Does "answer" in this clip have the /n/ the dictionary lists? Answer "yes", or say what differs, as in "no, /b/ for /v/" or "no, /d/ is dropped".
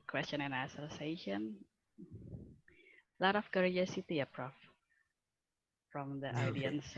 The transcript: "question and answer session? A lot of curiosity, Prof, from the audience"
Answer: no, /n/ is dropped